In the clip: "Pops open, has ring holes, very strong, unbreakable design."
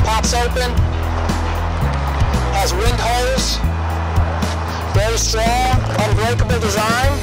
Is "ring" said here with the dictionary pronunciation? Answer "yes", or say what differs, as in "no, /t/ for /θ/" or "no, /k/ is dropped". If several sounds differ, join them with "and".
no, /w/ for /ɹ/